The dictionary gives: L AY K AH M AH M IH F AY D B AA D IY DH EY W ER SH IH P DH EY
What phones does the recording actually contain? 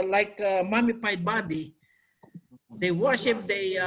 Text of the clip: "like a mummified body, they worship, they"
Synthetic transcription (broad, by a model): L AY K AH M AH M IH P AY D B AA D IY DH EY W ER SH IH P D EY